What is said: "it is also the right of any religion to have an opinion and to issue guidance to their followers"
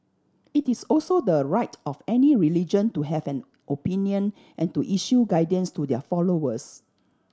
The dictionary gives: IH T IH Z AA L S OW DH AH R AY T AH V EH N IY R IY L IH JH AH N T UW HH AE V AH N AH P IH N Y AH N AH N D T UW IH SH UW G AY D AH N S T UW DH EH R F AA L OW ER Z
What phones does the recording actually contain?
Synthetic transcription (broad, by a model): IH T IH S AA L S OW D AH R AY T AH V EH N IY R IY L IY JH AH N T UW HH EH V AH N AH P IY N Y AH N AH N T UW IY SH UW G AY D AH N S T UW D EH F AA L OW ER S